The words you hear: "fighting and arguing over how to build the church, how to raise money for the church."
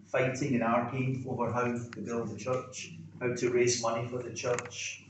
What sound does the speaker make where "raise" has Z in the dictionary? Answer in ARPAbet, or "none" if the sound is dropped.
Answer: Z